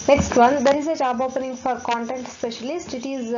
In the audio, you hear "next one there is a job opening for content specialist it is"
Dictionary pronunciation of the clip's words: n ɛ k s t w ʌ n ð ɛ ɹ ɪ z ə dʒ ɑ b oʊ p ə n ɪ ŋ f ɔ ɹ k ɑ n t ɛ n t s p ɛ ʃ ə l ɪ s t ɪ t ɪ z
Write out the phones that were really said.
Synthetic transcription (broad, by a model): n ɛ k s t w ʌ n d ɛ ɹ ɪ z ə tʃ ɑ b oʊ p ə n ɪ ŋ f ɔ ɹ k ɑ n t ɛ n t s p ɛ ʃ ə l ɪ s t ɪ t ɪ z